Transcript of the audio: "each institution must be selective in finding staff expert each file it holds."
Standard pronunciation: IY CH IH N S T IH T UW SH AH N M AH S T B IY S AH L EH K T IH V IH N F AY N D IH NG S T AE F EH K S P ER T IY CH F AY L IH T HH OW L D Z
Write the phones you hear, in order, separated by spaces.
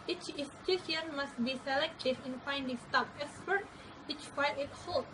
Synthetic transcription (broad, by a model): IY CH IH S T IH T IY AH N M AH S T B IY S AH L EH K T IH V IH N F AY N D IH NG S T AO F EH K S P ER T IY CH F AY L IH T HH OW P